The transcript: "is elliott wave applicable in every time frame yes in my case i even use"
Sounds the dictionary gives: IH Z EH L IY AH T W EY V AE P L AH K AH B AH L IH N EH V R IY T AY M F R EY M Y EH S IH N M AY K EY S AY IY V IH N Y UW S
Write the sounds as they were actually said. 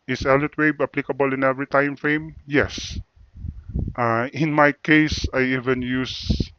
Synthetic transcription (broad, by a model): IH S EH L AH T W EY B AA P L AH K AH B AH L IH N EH V R IY T AY M F R EY M Y EH S IH N M AY K EY S AY IY V IH N Y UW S